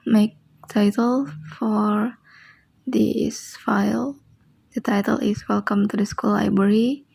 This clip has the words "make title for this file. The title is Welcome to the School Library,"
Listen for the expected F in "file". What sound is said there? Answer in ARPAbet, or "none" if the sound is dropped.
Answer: F